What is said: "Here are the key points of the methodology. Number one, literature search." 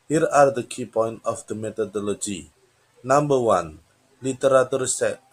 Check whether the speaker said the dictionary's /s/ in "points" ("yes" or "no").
no